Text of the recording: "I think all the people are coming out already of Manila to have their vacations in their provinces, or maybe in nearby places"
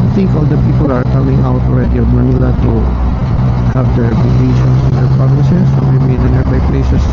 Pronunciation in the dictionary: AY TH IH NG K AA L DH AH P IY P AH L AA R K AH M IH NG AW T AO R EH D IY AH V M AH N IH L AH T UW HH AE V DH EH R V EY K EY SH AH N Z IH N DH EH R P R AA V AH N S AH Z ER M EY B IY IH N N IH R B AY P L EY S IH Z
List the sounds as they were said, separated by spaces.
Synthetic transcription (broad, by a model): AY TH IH NG K AA L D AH P IY P AH L AA R K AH M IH NG AW T AO R EH D IY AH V M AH N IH L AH T UW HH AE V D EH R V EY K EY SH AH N S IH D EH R P R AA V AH N S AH S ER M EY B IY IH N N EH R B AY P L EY S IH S